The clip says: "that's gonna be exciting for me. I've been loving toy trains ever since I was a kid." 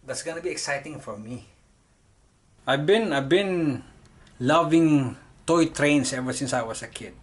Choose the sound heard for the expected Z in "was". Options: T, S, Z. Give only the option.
S